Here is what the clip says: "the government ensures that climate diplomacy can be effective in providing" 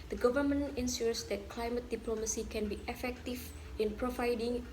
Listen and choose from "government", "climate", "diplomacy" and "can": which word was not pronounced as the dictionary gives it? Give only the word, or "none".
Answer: government